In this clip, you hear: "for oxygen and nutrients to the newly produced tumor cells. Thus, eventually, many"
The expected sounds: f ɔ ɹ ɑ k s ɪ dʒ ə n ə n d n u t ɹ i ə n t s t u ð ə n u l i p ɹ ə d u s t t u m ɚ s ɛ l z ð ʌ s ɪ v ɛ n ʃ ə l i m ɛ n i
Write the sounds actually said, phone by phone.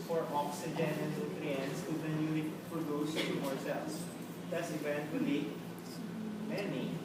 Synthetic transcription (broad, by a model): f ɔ ɹ ɑ k s ɪ dʒ ə n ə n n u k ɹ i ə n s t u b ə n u i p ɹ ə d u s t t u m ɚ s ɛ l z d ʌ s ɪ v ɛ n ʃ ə l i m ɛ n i